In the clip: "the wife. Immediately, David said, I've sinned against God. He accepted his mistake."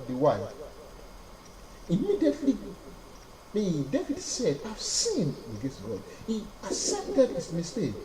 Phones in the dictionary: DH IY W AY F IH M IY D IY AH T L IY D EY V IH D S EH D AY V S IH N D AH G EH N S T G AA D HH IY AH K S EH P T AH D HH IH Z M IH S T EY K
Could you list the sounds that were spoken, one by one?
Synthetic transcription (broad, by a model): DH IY W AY IH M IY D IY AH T L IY D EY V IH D S EH D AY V S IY N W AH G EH S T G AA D HH IY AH S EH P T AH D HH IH S M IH S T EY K